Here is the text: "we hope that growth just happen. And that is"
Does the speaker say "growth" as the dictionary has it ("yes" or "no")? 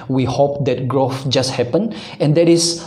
no